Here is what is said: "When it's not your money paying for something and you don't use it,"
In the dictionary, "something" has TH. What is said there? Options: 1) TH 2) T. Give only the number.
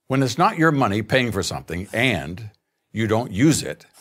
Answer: 1